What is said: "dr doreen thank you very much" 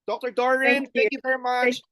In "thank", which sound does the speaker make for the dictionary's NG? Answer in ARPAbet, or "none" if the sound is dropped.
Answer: none